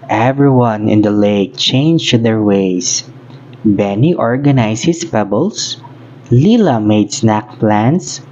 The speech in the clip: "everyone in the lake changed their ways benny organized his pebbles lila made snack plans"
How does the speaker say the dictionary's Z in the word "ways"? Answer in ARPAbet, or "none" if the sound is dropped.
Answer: S